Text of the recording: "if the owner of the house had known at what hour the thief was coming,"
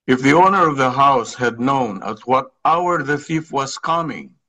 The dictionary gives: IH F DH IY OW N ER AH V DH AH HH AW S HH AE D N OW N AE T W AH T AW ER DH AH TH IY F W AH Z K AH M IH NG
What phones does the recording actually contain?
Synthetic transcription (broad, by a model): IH F DH IY OW N ER AH V DH AH HH AW S HH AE D N OW N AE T W AH T AW ER DH AH TH IY F W AH Z K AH M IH NG